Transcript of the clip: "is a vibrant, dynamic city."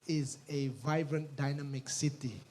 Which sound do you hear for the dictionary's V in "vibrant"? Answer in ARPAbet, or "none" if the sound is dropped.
V